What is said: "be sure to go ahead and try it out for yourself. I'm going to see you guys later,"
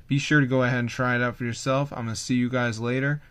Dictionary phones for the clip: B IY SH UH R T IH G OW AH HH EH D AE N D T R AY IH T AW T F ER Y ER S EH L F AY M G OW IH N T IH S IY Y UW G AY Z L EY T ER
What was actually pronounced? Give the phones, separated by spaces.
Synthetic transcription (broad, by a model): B IY SH UH R T IH G OW AH HH EH D N T R AY IH T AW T F ER Y ER S EH L F AY M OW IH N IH S IY Y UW G AY Z L EY T ER